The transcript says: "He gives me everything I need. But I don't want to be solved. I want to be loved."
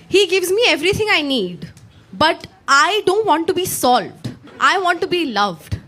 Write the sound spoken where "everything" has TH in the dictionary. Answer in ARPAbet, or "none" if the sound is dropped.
T